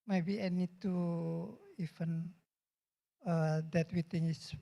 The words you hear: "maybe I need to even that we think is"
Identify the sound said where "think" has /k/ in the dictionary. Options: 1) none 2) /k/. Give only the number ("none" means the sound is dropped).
1